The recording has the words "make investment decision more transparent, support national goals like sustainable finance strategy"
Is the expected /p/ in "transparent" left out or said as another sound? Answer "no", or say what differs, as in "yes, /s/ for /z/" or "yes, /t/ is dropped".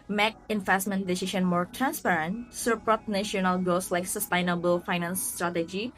no